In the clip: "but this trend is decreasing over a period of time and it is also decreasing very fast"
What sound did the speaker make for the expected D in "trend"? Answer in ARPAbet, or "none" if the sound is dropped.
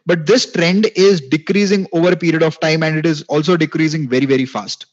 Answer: D